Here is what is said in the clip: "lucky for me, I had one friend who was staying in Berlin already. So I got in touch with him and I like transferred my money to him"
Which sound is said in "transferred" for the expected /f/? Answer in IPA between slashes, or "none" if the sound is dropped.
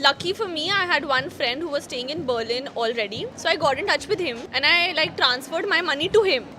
/f/